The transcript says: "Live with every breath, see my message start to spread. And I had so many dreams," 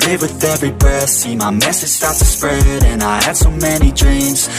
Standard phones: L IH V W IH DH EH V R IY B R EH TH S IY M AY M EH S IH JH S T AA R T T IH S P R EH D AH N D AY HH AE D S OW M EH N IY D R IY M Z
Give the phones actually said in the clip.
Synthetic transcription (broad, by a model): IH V W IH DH EH V R IY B AH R S IY M AY M EH S IH JH S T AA R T T IH S P R EH D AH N AY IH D S OW M EH N IY D R IY M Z